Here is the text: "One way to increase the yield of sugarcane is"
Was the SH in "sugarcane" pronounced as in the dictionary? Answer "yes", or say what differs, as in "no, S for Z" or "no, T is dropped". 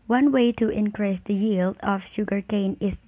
yes